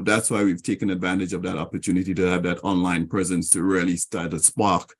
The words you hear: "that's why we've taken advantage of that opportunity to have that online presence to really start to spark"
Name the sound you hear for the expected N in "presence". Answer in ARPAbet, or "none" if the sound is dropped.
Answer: N